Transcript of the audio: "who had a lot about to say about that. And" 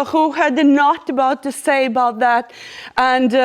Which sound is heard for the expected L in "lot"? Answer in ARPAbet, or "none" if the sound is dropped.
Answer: N